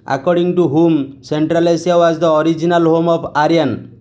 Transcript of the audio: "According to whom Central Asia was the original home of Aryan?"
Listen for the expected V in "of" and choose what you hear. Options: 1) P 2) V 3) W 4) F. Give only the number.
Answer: 1